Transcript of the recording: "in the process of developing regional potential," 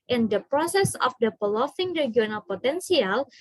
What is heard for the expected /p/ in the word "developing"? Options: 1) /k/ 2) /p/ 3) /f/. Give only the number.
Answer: 3